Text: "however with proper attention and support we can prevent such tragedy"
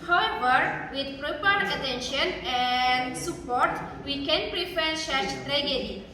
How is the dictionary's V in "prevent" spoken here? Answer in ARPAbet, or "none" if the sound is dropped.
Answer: F